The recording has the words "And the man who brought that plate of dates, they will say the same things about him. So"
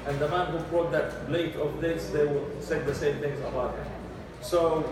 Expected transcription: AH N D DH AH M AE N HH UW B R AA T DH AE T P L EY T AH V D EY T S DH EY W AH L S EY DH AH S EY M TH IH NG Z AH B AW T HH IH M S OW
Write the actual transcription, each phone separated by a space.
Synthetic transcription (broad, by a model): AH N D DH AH M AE N HH UW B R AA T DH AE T B L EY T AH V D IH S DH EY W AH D S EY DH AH S EY M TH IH NG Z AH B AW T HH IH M S OW